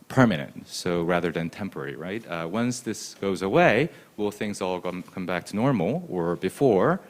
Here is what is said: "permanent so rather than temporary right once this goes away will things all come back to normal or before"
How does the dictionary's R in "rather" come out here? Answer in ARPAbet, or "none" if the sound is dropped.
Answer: R